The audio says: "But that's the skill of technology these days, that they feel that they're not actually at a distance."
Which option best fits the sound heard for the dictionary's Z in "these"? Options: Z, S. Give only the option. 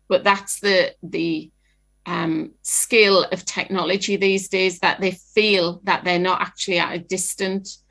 Z